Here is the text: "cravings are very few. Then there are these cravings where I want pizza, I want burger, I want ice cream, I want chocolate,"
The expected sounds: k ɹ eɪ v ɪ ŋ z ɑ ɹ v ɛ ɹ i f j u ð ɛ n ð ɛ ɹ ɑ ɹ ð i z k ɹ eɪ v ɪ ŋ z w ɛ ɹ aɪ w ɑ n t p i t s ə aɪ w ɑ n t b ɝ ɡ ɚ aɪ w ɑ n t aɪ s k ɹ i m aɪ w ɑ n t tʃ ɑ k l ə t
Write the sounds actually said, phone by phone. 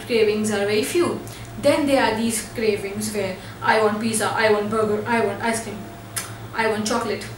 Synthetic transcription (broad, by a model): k ɹ eɪ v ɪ ŋ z ɑ ɹ v ɛ ɹ i f j u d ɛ n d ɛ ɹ ɑ ɹ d i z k ɹ eɪ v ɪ ŋ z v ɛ ɹ aɪ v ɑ n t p i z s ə aɪ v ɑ n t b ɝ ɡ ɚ aɪ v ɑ n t aɪ s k i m aɪ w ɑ n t tʃ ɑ k l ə t